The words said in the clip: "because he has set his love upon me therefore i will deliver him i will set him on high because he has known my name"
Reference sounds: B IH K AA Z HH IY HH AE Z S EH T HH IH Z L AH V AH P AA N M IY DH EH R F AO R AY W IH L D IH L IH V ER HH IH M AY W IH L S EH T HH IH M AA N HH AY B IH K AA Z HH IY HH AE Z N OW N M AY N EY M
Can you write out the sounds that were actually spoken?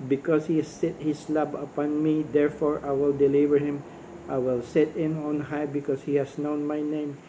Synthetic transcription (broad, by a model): B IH K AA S HH IY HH S EH T HH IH S L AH B AH P AA N M IY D EH R F AO R AY W IH L D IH L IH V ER HH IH M AY W IH L S EH T HH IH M AA N HH AY B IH K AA S HH IY HH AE S N OW N M AY N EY M